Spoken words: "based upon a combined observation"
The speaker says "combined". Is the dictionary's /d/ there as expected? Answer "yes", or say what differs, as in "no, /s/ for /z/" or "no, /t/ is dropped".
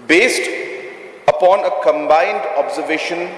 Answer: yes